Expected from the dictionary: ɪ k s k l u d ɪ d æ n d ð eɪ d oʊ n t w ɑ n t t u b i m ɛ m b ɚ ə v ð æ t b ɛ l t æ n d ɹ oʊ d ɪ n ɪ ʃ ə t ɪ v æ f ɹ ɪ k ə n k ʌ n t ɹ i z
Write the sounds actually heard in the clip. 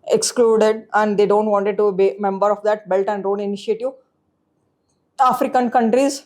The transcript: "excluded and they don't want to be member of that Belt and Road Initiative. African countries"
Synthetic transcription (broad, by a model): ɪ k s k l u d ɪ d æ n d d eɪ d oʊ n t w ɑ n t t u b i m ɛ m b ɚ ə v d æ t b ɛ l t æ n d ɹ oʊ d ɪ n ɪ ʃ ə t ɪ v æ f ɹ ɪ k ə n k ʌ n t ɹ i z